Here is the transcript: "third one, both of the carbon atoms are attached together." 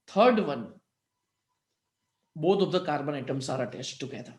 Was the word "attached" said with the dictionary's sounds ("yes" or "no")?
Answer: no